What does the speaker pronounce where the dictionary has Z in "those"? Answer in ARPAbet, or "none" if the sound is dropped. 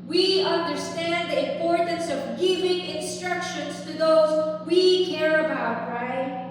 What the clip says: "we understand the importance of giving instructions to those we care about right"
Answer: Z